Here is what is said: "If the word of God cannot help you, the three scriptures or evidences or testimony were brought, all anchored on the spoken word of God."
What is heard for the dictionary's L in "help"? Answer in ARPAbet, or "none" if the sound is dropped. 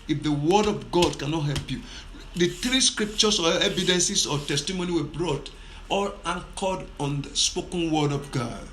L